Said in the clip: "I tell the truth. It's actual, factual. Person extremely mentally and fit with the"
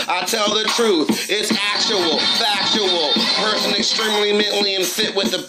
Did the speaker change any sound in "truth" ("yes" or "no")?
no